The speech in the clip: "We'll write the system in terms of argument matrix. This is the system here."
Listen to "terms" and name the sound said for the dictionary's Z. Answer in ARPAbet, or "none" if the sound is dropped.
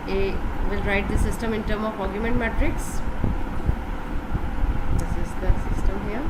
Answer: none